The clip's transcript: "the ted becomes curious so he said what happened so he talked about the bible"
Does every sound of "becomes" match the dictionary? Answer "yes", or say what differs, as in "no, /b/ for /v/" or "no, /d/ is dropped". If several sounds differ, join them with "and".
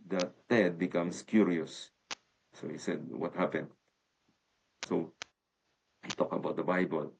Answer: no, /s/ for /z/